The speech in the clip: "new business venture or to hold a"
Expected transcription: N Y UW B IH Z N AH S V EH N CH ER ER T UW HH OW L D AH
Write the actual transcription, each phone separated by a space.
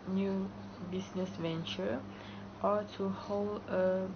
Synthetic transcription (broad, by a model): N Y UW B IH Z N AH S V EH N CH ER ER T UW HH OW L D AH